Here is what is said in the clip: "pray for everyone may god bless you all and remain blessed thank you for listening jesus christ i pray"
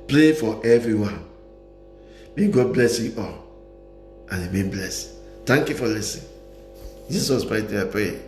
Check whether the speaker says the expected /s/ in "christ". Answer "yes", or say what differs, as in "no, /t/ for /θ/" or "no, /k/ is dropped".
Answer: no, /s/ is dropped